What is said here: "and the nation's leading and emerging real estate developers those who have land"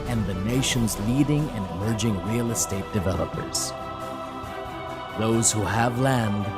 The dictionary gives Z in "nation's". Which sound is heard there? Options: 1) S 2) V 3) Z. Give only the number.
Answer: 3